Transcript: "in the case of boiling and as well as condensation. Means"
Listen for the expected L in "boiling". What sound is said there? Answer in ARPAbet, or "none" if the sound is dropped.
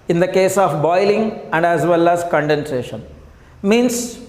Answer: L